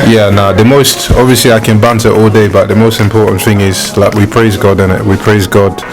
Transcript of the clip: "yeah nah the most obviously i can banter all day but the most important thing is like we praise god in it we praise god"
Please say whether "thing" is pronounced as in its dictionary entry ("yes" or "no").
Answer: yes